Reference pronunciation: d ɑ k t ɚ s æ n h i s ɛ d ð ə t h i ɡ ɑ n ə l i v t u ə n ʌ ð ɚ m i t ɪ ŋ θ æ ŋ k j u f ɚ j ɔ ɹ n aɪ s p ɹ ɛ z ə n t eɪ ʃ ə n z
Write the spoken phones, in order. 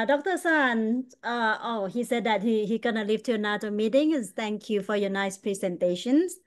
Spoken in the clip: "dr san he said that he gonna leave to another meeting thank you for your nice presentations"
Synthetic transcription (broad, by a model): d ɑ k t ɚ s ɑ n h i s ɛ d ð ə t h i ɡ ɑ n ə l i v t u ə n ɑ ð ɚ m i t ɪ ŋ t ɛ ŋ k j u f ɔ j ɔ n aɪ s p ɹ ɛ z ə n t eɪ ʃ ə n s